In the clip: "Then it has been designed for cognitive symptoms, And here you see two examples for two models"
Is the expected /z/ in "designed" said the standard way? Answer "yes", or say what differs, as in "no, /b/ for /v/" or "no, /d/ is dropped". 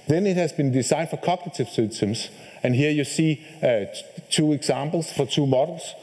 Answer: no, /s/ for /z/